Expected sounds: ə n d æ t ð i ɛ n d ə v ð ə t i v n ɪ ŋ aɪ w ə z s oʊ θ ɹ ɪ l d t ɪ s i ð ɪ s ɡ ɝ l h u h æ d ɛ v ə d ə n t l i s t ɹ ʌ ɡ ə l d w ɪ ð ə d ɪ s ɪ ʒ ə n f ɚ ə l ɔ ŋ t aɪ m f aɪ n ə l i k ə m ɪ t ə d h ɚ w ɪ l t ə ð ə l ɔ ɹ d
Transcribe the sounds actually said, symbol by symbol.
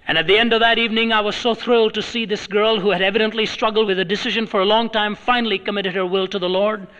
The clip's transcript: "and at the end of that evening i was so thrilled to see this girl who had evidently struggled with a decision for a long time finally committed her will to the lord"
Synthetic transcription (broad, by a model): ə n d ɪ t ð i ɛ n d ə v ð ə t i v n ɪ ŋ aɪ w ə z s oʊ θ ɹ ɪ l d t ɪ s i ð ɪ s ɡ ɝ l h u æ d ɛ v ə d ə n t l i s t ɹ ʌ ɡ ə l d w ɪ ð ə d ɪ s ɪ ʒ ə n f ɚ ə l ɔ ŋ t aɪ m f aɪ n l i k ə m ɪ t ə d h ɚ w ɪ l t ə ð ə l ɔ ɹ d